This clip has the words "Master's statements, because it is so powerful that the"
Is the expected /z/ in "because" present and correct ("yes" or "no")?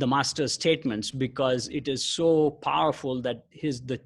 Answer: yes